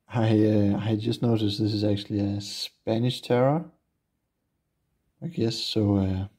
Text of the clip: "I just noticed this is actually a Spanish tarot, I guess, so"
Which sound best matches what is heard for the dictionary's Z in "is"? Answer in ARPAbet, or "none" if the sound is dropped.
Z